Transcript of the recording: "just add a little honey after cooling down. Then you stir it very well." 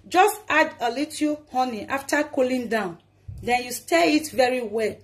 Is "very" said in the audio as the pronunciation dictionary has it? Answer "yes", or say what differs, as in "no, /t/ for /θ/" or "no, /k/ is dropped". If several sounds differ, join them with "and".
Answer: yes